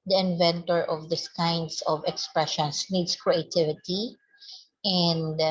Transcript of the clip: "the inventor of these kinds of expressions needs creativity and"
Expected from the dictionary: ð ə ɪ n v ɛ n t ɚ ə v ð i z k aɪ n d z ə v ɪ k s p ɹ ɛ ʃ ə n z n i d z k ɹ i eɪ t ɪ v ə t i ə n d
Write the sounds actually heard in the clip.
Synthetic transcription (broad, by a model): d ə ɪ n v ɛ n t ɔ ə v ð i s k aɪ n d s ə v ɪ k s p ɹ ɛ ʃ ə n s n i d s k ɹ i eɪ t ɪ v ə t i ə n d